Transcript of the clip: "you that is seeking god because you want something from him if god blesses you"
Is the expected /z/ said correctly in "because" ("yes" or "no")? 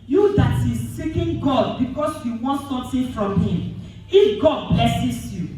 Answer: no